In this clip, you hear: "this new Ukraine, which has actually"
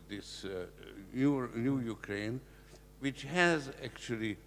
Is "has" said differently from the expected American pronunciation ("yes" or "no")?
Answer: no